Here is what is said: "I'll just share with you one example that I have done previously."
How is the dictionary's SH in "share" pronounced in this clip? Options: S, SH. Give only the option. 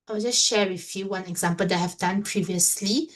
SH